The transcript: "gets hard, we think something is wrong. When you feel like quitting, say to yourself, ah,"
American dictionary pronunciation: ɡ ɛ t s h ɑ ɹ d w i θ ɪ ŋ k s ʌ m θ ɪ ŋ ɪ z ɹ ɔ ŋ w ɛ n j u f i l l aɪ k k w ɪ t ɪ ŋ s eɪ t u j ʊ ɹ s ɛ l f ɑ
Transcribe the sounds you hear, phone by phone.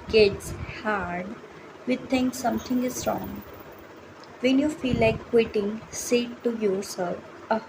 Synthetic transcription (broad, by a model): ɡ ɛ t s h ɑ ɹ d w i t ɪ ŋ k s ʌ m t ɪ ŋ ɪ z ɹ ɔ ŋ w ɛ n j u f i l l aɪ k k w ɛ t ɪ ŋ s eɪ t u j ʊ ɹ s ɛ l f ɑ